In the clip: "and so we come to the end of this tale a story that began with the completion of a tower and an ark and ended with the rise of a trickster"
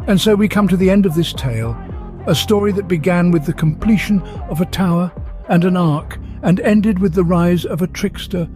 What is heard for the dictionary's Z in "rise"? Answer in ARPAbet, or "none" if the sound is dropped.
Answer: Z